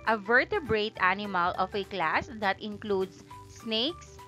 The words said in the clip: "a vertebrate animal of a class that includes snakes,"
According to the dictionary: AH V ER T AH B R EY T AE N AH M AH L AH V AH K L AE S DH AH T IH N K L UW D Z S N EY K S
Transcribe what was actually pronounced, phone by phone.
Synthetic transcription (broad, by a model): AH V ER T AH B R EY T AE N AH M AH L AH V AH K L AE S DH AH T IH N K L UW D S N EY K S